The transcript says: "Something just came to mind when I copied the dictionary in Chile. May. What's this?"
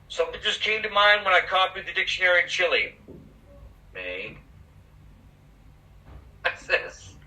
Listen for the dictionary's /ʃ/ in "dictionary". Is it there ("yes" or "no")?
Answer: yes